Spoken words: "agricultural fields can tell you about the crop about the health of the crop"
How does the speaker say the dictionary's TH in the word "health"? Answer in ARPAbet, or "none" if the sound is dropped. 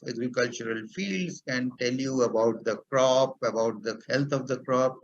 T